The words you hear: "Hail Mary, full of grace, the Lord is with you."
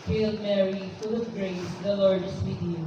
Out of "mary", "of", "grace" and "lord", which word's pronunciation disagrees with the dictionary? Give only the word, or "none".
of